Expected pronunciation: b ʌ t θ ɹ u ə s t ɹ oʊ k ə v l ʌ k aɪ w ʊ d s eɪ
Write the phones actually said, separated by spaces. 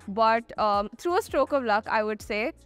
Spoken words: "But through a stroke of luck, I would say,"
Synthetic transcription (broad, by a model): b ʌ t t ɹ u ə s t ɹ oʊ k ə v l ʌ k aɪ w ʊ d s eɪ